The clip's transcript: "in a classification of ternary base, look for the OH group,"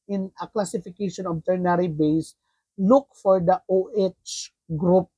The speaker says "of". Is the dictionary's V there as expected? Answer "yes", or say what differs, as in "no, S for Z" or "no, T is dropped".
no, B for V